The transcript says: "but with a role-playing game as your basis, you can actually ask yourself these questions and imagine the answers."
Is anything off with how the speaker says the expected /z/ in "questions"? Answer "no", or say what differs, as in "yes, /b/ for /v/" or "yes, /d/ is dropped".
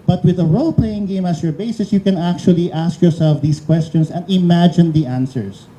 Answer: yes, /s/ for /z/